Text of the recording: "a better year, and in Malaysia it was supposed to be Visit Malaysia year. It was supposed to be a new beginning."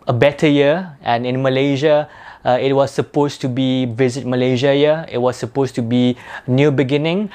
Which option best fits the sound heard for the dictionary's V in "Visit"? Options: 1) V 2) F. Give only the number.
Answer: 1